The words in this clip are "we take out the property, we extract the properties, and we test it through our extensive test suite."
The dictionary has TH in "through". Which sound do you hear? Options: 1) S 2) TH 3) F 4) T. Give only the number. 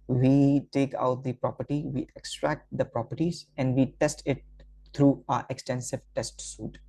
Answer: 4